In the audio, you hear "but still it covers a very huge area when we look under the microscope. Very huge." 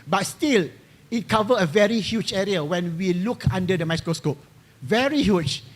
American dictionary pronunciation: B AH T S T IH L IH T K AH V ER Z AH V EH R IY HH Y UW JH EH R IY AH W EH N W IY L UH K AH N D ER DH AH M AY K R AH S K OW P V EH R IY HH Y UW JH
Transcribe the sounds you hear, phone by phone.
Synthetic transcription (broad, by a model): B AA T S T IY L IH T K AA V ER AH V EH R IY HH Y UW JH EH R IY AH W EH N W IY L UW K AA N D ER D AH M AY K R AH S K OW P V EH R IY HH Y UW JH